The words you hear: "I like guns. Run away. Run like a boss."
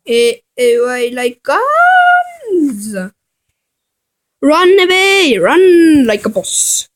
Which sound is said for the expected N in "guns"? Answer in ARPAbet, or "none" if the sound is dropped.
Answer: none